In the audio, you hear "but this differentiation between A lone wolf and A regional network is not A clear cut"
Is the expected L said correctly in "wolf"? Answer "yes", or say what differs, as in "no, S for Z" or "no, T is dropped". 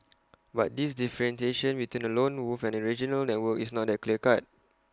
no, L is dropped